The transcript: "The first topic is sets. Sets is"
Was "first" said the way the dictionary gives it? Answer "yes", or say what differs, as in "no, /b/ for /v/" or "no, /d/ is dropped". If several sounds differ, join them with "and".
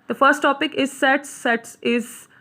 yes